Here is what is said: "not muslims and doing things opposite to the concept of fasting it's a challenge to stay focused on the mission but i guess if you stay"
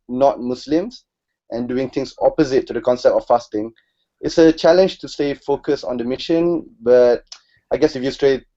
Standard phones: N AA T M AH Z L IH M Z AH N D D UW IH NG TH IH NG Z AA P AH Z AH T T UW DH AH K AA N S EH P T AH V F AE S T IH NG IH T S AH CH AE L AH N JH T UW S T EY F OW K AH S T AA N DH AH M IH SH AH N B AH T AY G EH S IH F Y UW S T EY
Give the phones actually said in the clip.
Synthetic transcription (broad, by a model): N AA T M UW S L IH M S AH N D D UW IH NG T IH NG S AA P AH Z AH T T UW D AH K AA N S EH P T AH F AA S T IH NG IH T S AH CH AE L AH N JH T UW S T EY F OW K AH S AA N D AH M IH SH AH N B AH T AY G EH S IH F Y UW S T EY